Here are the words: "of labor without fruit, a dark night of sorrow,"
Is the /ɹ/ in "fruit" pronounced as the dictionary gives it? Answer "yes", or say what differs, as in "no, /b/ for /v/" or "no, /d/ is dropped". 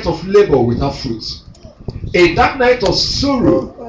yes